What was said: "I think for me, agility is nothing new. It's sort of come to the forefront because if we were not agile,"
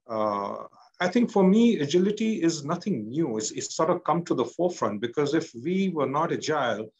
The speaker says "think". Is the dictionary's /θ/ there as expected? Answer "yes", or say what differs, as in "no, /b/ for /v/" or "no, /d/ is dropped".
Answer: no, /t/ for /θ/